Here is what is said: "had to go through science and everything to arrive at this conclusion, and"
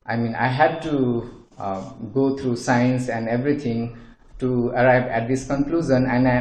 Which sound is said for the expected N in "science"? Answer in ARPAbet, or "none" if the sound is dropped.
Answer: N